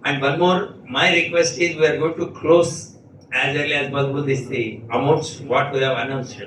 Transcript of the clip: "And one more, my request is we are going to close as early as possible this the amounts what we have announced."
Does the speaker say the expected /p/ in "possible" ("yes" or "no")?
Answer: no